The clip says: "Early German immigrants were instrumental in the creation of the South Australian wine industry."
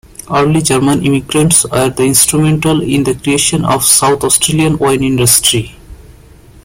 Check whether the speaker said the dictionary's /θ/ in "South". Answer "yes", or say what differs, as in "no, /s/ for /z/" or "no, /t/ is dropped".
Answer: no, /t/ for /θ/